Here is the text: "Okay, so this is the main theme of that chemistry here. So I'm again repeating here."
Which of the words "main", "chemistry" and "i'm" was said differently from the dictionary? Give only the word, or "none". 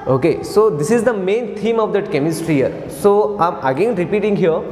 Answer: none